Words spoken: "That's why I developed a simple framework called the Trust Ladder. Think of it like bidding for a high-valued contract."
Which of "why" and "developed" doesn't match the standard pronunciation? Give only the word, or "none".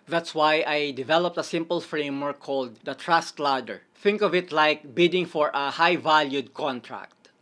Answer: none